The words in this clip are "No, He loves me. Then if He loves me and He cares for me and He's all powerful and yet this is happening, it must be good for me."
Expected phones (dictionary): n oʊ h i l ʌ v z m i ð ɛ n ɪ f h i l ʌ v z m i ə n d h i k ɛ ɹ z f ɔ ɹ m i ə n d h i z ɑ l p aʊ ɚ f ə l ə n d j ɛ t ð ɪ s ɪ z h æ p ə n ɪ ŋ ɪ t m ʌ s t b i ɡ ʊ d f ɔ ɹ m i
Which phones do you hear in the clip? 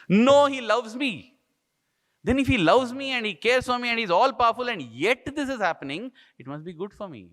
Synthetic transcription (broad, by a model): n oʊ h i l ʌ v z m i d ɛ n ɪ f h i l ʌ v z m i ə n d h i k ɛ ɹ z f ɔ ɹ m i ə n d h i z ɑ l p aʊ ɚ f ə l ə n d j ɛ t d ɪ s ɪ z h æ p ə n ɪ ŋ ɪ t m ʌ s t b i ɡ ʊ d f ɔ ɹ m i